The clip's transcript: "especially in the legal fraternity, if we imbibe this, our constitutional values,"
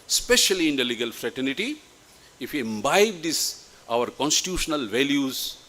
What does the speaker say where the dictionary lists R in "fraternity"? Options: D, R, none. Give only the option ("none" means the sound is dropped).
R